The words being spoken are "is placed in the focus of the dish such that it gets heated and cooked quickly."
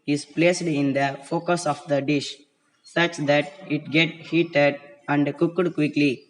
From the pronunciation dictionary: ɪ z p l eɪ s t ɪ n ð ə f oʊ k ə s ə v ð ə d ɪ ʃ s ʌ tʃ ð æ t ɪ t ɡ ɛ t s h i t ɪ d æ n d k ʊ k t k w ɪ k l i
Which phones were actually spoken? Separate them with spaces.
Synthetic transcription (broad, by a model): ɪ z p l eɪ s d ɪ n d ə f oʊ k ə s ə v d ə d ɪ ʃ s ʌ tʃ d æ t ɪ t ɡ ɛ t h i t ɪ d æ n d k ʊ k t k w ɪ k l i